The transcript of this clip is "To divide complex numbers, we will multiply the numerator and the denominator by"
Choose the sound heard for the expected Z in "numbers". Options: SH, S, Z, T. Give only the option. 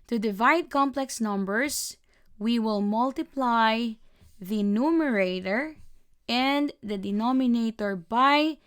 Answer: S